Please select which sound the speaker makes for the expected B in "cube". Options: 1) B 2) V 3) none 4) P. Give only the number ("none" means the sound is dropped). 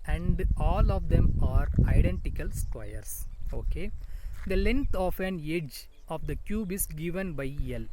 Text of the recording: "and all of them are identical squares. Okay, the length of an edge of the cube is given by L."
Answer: 1